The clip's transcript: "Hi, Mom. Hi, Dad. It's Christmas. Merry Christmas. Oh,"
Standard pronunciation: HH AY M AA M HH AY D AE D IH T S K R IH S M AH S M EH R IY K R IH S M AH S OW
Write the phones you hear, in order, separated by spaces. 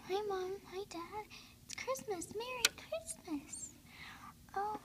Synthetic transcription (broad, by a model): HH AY M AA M AY D AE D IH T S K R IH S M AH S M EH R IY K R IH S M AH S OW